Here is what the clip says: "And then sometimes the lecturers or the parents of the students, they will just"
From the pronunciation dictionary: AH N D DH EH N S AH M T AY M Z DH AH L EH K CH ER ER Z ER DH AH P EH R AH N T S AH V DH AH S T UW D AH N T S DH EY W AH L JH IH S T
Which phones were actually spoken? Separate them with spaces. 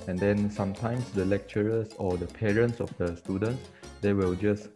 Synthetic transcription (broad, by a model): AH N D EH N S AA M T AY M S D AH L EH K CH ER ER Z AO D AH P EH R AH N T S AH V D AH S T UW D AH N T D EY W AH L JH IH S